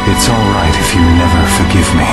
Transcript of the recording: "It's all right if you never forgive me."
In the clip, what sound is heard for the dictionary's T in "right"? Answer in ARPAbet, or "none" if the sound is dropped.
T